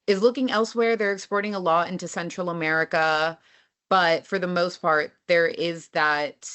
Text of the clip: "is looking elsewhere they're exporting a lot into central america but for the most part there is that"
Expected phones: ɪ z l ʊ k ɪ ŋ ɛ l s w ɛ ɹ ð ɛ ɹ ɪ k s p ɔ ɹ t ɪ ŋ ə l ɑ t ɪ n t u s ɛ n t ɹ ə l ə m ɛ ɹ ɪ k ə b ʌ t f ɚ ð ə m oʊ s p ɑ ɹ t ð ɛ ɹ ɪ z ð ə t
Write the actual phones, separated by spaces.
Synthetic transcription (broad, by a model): ɪ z l ʊ k ɪ ŋ ɛ l s w ɛ ɹ ð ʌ ɹ ɪ k s p ɔ ɹ t ɪ ŋ ə l ɑ ɪ n t u s ɛ n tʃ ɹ l ə m ɛ ɹ ɪ k ə b ʌ t f ɚ ð ə m oʊ s p ɑ ɹ t ð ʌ ɹ ɪ z ð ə t